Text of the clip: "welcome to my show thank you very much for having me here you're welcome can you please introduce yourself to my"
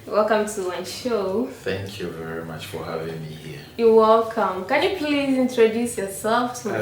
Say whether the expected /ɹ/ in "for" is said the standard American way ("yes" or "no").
yes